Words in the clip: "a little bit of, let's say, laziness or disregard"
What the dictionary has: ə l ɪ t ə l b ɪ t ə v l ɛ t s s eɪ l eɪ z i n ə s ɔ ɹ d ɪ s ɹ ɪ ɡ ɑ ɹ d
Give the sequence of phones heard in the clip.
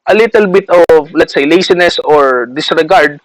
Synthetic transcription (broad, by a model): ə l ɪ t ə l b ɪ t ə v l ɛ t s s eɪ l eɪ s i n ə s ɔ ɹ d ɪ s ɹ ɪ ɡ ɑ ɹ d